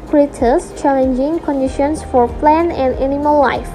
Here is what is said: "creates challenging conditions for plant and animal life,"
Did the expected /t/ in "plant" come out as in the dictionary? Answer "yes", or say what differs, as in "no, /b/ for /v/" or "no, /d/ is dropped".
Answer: no, /t/ is dropped